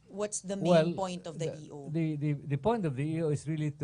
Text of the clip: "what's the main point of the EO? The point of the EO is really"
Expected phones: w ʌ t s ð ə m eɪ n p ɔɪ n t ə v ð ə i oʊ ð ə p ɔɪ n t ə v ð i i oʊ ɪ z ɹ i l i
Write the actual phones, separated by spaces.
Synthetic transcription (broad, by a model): w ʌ t s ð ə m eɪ l p ɔɪ n t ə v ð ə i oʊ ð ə p ɔɪ n t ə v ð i i oʊ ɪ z ɹ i l i